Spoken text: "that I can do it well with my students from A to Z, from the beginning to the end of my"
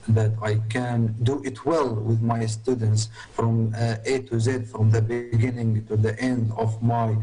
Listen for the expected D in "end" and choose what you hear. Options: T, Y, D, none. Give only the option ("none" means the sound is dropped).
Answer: D